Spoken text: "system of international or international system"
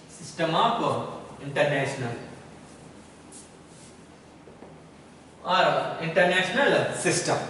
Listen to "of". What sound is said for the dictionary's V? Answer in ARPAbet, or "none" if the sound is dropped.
P